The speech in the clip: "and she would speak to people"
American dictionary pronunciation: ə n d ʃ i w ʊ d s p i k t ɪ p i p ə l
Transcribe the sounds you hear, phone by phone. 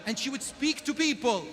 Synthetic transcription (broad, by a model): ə n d ʃ i w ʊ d s p i k t ɪ p i p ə l